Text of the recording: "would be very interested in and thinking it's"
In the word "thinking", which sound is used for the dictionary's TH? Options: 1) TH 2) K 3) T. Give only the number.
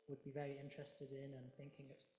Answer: 1